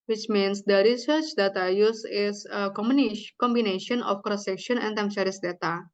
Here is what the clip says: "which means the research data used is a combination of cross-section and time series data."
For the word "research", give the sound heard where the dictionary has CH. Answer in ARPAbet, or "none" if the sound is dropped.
CH